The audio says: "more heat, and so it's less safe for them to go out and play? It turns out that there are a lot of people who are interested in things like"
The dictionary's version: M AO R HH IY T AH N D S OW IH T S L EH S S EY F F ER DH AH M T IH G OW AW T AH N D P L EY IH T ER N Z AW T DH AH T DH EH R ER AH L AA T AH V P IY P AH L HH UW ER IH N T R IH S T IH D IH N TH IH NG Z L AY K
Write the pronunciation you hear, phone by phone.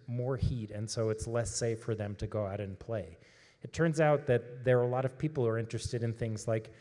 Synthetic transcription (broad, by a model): M AO R HH IY T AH N S OW IH T S L EH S S EY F F ER DH AH M T IH G OW AW T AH N P L EY IH T ER N Z AW T DH AH T DH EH R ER AH L AA T AH V P IY P L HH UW ER IH N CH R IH S T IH D IH N TH IH NG Z L AY K